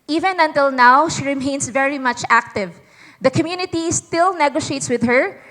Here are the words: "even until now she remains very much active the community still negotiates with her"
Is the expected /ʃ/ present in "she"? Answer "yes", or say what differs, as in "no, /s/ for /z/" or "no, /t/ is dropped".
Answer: yes